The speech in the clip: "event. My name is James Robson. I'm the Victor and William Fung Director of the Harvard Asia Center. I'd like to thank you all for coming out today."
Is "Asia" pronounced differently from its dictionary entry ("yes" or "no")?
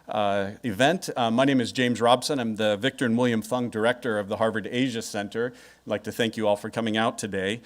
no